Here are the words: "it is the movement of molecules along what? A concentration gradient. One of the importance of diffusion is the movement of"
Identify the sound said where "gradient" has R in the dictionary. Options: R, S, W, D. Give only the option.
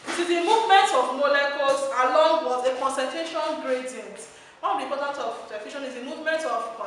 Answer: R